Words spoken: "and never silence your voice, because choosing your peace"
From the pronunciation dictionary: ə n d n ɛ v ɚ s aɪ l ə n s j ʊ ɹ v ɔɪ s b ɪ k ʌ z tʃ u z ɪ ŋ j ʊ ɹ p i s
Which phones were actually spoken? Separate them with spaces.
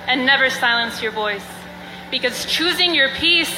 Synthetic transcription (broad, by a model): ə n n ɛ v ɚ s aɪ l ə n s j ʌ ɹ v ɔɪ s b ɪ k ʌ z tʃ u z ɪ ŋ j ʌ ɹ p i s